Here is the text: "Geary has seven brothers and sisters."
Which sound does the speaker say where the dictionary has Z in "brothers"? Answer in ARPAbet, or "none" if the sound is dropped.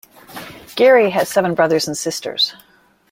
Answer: Z